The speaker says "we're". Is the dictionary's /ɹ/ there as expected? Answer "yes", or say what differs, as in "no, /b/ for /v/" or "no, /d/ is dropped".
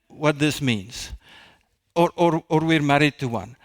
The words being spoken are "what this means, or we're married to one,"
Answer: yes